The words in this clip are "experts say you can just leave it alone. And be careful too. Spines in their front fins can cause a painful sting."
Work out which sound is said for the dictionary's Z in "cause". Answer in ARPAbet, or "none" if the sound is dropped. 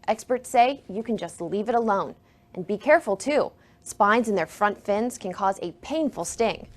Z